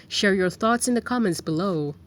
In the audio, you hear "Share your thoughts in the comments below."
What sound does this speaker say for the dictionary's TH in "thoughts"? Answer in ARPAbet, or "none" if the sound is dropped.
TH